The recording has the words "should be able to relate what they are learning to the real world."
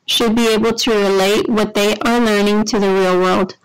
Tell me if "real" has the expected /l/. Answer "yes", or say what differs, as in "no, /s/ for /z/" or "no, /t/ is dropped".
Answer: yes